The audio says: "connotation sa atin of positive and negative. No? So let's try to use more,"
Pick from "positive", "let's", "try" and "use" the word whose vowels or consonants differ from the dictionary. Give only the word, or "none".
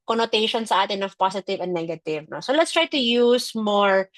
positive